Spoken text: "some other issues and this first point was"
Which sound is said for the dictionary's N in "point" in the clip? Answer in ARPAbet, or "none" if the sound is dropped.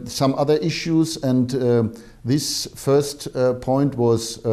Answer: N